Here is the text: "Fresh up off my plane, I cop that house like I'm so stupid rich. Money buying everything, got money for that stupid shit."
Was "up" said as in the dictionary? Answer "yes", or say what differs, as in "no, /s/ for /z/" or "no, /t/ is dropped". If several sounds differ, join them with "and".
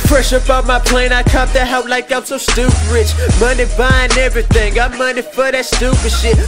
no, /b/ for /p/